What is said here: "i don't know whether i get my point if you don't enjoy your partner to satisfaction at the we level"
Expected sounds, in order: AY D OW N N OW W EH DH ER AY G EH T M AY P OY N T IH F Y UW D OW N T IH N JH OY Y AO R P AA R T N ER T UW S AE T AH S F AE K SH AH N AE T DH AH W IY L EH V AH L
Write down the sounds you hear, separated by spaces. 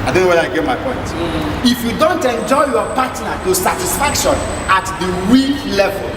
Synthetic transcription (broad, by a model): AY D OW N N OW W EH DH AY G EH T M AY P OY N T IH F Y UW D OW N T IH N JH OY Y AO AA P AA T N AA T UW S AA T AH S F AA K SH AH N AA T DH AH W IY L EH V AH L